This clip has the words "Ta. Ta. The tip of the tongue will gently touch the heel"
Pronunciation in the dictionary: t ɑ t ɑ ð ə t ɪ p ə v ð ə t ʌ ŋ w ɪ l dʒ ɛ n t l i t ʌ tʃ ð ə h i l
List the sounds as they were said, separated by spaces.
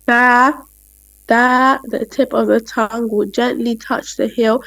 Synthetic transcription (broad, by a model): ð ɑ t ð ə t ɪ p ə v ð ə t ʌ ŋ w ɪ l dʒ ɛ n t l i t ʌ tʃ ð ə h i l